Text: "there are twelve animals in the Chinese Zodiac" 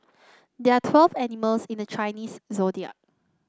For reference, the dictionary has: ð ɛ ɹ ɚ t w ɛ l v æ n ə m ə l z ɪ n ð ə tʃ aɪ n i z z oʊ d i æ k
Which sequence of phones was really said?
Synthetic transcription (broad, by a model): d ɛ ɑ t w ɛ l v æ n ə m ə l s ɪ n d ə tʃ aɪ n i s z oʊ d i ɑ